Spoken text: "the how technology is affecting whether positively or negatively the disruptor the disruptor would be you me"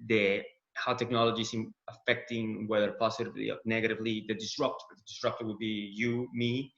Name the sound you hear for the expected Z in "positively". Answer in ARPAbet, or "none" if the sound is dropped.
S